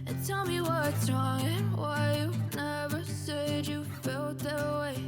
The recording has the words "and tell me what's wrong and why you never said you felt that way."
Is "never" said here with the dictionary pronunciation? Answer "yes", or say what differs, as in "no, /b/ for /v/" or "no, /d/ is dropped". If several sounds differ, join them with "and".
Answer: yes